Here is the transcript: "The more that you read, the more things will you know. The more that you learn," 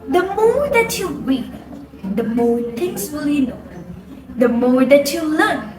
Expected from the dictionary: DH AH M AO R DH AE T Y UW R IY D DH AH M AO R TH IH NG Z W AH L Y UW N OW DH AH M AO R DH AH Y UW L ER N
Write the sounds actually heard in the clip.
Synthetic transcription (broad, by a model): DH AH M AO R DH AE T Y UW W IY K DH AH M AO R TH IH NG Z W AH L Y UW N OW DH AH M AO R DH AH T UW L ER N